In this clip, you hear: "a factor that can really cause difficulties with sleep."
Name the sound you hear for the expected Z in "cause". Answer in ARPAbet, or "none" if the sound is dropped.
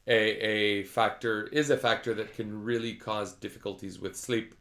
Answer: Z